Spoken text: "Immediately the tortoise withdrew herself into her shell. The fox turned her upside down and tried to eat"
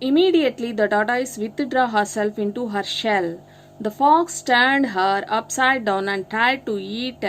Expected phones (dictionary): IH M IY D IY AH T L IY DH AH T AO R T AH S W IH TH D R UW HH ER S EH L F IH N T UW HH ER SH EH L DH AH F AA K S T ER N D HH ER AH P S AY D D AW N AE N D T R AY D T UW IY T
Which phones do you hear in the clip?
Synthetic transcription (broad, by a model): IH M IY D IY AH T L IY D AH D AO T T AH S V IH T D R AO HH ER S EH L F IH N T UW HH ER SH EH L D AH F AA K S T ER N D HH ER AH P S AY D D AW N AE N D T R AY D T UW IY T